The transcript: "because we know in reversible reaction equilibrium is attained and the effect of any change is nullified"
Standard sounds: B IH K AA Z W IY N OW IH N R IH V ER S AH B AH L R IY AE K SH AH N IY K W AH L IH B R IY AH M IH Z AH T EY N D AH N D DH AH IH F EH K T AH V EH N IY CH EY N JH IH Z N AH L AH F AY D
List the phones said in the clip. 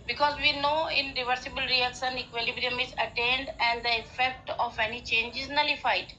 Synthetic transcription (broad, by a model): B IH K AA Z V IY N OW IH N R IH V ER S AH B AH L R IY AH K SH AH N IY K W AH L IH B R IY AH M IH Z AH T EY N D AH N D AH IH F EH K T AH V EH N IY CH EY N JH IH Z N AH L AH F AY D